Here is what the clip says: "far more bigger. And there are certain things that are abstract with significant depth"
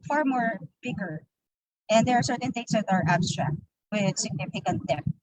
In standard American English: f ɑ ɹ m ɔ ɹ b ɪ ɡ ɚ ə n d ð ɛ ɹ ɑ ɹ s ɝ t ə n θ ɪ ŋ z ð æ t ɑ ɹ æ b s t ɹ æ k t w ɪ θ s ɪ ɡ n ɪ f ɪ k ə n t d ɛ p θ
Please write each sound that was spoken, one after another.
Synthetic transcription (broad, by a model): f ɑ ɹ m ɔ ɹ b ɪ ɡ ɚ ə n d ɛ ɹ ɑ ɹ s ɝ t ə n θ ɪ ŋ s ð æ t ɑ ɹ æ b s t ɹ æ k t w ɪ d s ɪ ɡ n ɪ f ɪ k ə n t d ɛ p